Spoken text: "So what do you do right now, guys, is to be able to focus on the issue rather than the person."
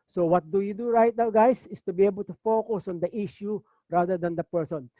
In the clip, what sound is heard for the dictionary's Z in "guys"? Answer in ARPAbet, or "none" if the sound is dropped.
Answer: S